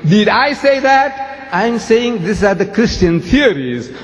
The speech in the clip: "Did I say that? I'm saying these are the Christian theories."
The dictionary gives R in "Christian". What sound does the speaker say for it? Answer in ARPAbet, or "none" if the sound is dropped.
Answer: R